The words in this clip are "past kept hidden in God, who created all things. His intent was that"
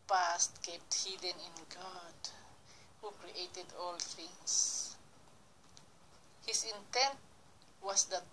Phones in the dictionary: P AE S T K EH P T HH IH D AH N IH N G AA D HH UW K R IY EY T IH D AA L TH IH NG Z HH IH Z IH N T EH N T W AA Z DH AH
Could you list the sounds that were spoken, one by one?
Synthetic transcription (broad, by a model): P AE S T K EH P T HH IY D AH N IH N G AA D HH UW K R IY EY T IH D AA L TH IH NG S HH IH S IH N T EH N T W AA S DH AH